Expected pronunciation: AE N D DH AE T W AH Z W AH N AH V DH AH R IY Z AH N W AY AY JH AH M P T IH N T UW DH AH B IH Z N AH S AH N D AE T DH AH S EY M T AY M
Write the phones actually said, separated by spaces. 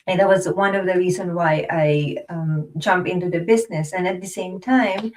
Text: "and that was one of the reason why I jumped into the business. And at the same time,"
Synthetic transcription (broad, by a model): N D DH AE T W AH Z W AH N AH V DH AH R IY Z AH N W AY AY JH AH M P IH N T UW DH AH B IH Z N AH S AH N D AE T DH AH S EY M T AY M